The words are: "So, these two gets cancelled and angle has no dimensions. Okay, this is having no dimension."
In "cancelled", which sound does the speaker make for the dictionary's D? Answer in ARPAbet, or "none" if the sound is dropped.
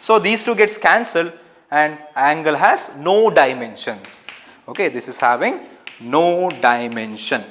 D